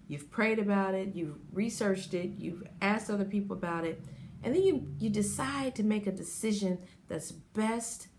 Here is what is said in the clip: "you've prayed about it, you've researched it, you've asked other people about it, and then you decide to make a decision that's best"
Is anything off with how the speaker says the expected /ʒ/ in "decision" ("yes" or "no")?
no